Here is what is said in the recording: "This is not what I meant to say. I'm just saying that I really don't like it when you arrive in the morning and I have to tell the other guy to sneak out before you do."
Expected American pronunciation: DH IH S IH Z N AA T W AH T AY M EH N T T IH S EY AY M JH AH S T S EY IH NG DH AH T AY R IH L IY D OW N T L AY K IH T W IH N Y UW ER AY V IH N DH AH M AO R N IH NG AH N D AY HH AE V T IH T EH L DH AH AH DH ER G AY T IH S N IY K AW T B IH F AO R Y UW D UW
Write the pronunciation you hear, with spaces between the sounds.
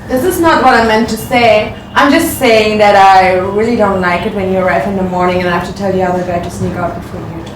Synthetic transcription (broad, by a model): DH IH S IH Z N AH T W AH T AY M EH N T T IH S EY AY M JH AH S T S EY IH NG DH AH T AY R IH L IY D OW N T L AY K IH T W IH N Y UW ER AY F IH N DH AH M AO R N IH NG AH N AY HH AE F T IH T EH L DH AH AH DH ER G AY T IH S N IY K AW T B IH F AO R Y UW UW